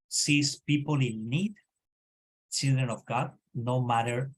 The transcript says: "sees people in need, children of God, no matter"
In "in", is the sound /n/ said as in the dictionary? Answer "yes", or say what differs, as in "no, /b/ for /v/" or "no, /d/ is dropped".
no, /l/ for /n/